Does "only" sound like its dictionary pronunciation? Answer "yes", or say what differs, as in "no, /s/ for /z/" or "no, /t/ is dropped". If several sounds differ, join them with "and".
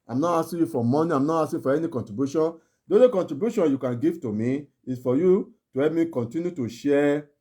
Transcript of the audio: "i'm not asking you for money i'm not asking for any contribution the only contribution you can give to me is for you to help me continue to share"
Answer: no, /n/ is dropped